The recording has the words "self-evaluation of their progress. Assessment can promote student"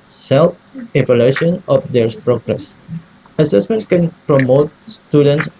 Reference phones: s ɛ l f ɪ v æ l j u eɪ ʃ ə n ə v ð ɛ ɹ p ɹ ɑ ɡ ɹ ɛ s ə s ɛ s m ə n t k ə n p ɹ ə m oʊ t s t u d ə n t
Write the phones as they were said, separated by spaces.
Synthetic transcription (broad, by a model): s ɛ l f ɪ p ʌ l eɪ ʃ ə n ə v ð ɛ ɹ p ɹ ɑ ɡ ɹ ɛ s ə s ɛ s m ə n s k ə n p ɹ ə m oʊ t s t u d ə n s